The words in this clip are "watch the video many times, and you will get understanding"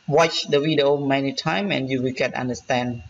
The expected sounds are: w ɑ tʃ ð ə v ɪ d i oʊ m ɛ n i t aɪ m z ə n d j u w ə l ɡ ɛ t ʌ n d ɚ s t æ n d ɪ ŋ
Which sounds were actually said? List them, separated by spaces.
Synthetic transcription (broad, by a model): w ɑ tʃ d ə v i d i oʊ m ɛ n i t aɪ m ə n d j u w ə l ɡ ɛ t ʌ n d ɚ s t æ n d